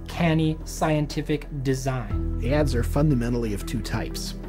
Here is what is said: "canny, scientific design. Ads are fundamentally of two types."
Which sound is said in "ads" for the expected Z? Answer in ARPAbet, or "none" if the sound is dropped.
Z